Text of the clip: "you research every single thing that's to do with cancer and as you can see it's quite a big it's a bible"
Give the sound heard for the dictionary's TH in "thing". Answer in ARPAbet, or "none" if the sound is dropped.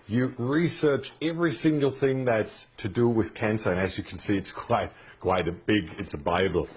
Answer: TH